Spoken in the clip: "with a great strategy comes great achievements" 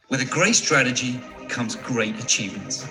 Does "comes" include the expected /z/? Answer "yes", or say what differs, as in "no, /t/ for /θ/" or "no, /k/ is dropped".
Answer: yes